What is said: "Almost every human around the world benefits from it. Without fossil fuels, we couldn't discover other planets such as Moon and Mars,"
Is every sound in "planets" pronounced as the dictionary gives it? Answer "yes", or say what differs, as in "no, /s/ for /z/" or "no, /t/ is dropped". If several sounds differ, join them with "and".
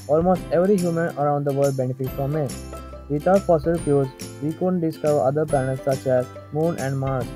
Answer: no, /l/ is dropped